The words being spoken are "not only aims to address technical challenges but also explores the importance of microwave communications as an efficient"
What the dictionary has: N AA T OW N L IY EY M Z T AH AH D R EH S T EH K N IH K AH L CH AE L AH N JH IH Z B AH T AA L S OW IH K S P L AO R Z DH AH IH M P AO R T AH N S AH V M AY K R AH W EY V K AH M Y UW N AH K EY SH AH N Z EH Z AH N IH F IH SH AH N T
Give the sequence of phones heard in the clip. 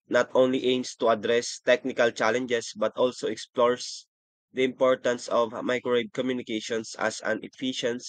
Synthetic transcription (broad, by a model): N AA T OW N L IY EY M S T AH AH D R EH S T EH K N IH K AH L CH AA L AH N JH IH S B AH T AA L S OW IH K S P L AO R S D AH IH M P AO R T AH N S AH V M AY K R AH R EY B K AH M Y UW N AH K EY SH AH N S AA S AH N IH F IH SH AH N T